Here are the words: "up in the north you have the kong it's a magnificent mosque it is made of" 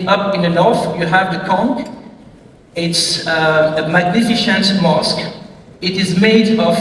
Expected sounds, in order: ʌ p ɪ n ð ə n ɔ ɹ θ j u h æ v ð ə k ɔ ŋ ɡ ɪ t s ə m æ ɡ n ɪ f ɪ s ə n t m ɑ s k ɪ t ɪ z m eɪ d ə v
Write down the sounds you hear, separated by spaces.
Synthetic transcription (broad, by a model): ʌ p ɪ n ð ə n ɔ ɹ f j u h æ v ð ə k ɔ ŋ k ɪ t s ə m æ ɡ n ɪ f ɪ ʃ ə n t m ɑ s k ɪ t ɪ z m eɪ d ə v